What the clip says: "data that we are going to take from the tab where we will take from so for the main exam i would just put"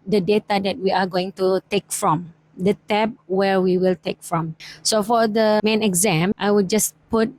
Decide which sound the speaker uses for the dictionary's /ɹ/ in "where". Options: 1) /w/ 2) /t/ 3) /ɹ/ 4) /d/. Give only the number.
3